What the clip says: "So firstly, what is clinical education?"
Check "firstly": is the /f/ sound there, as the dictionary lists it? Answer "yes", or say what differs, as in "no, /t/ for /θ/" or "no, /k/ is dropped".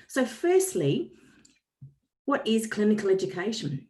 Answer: yes